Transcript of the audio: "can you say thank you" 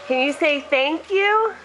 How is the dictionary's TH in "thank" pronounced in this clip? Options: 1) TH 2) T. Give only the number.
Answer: 1